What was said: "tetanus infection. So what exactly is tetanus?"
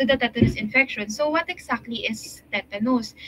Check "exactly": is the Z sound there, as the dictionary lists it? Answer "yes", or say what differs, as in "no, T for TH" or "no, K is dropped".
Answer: no, S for Z